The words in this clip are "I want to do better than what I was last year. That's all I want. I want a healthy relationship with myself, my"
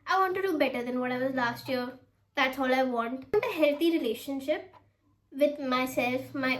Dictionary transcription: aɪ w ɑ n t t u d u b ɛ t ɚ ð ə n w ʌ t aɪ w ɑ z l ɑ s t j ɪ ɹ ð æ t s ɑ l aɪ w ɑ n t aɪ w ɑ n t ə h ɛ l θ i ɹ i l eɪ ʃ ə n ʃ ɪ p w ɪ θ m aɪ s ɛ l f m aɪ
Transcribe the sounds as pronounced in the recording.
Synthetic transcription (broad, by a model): aɪ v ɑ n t t u d u b ɛ t ɚ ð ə n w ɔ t aɪ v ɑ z l ɑ s t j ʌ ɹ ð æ t s ɑ l aɪ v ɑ n t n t ə h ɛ l t i ɹ i l eɪ ʃ ə n ʃ ɪ p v ɪ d m aɪ s ɛ l f m aɪ